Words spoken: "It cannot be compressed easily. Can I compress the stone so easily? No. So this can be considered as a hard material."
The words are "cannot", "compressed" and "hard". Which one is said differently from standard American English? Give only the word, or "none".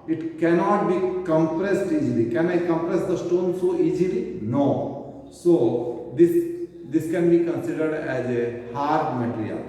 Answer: none